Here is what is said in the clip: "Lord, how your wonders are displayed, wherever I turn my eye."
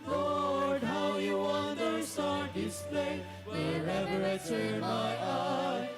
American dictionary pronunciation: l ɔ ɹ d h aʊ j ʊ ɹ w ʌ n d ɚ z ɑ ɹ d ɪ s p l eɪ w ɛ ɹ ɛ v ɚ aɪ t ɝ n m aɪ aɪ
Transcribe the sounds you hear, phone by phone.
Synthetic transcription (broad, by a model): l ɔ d h aʊ j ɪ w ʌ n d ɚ s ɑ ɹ d ɪ s p l eɪ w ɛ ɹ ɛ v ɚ aɪ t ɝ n m aɪ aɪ